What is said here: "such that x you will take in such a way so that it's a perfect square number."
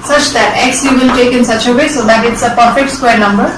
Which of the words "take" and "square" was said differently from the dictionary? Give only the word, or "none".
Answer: none